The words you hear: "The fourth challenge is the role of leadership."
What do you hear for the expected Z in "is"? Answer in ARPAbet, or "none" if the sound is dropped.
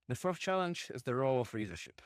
Z